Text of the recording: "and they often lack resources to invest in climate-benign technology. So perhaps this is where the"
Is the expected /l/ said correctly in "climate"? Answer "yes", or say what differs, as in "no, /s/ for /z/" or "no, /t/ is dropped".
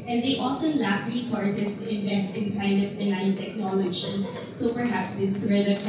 no, /l/ is dropped